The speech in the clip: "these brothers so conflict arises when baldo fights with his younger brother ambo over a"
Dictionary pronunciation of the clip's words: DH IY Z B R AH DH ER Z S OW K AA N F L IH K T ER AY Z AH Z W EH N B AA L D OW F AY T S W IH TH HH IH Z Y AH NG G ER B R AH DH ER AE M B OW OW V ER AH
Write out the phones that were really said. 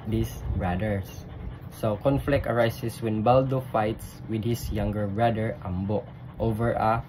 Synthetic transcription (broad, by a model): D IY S B R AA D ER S S OW K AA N F L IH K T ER AY S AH S W EH N B AA L D OW F AY T S W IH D HH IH S Y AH NG G ER B R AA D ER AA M B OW OW V ER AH